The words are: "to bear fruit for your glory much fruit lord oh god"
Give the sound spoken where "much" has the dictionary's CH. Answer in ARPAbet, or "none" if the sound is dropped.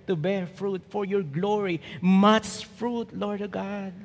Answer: S